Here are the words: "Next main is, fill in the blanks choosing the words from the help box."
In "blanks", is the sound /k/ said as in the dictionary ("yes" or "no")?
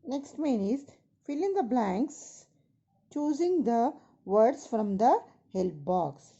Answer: yes